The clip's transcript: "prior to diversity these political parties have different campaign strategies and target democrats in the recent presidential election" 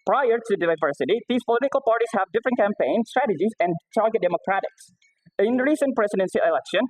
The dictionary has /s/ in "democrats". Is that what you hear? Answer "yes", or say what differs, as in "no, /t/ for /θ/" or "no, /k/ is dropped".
no, /s/ is dropped